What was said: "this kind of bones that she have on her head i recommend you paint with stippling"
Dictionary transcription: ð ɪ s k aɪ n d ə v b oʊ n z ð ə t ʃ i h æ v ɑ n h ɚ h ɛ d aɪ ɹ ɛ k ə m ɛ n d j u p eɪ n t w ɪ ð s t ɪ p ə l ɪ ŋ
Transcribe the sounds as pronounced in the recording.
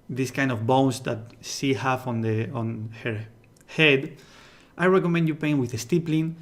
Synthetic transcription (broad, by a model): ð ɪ s k aɪ n d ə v b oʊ n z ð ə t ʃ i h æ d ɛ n h ɚ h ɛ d aɪ ɹ ɛ k ə m ɛ n d j u p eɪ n w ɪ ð s t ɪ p l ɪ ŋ